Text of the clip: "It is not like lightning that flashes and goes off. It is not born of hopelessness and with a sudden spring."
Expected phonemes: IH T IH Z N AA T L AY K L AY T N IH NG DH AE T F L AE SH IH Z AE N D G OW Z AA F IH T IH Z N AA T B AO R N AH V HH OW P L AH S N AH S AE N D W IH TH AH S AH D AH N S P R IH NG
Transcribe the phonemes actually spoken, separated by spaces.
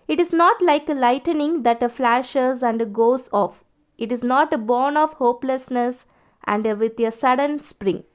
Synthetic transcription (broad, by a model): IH T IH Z N AA T L AY K L AY T N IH NG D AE T F L AE SH IH Z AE N D G OW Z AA F IH T IH Z N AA T B AO R N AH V HH OW P L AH S N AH S AE N D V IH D AH S AH D AH N S P R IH NG